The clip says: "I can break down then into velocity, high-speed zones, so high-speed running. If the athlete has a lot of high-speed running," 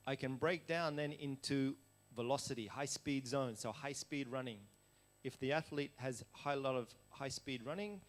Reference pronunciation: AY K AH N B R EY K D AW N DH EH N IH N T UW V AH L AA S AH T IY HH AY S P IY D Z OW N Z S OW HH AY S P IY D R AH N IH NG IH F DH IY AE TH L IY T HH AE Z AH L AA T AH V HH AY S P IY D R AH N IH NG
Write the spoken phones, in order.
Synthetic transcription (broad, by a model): AY K AH N B R EY K D AW N DH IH N IH N T UW V AH L AA S AH T IY HH AY S P IY D Z OW N S OW HH AY S P IY D R AH N IH NG IH F DH IY AE TH L IY T HH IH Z AH L AA T AH V HH AY S P IY D R AH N IH NG